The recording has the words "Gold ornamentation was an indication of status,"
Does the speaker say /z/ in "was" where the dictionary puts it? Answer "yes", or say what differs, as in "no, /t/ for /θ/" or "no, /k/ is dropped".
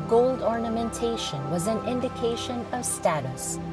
yes